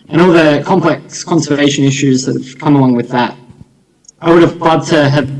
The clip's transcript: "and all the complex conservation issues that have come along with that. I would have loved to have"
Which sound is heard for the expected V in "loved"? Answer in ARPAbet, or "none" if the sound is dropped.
none